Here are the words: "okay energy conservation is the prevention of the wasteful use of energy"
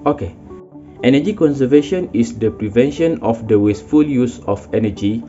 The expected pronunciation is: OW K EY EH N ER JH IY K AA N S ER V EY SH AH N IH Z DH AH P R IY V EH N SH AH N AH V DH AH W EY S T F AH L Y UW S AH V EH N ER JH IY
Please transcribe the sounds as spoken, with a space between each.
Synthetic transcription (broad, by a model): OW K EY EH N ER JH IY K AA N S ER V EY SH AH N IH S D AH P R IY V EH N SH AH N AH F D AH W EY S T F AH L Y UW S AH F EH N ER JH IY